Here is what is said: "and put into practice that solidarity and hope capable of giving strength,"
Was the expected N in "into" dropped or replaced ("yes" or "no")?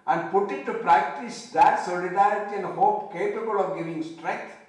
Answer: yes